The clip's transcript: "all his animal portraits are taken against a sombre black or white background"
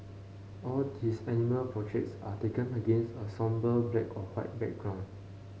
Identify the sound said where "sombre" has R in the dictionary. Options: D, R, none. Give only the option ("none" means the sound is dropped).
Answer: none